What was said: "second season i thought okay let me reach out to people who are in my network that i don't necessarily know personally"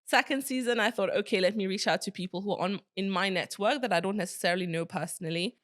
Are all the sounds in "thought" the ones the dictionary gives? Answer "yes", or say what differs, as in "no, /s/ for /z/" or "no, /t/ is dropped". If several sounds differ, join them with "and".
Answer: yes